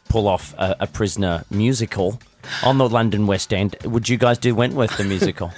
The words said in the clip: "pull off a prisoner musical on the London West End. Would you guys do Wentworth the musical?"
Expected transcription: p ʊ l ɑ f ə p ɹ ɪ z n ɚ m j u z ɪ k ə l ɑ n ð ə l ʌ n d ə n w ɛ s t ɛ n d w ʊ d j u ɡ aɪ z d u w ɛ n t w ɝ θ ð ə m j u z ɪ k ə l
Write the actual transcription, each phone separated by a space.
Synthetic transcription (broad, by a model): p ʊ l ɑ f ə p ɹ ɪ z n ɚ m j u z ɪ k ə l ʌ n ð ə l ʌ n d ə n w ɛ s t ɛ n d w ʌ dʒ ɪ ɡ aɪ z d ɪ w ɛ n t w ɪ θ ð ə m j u z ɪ k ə l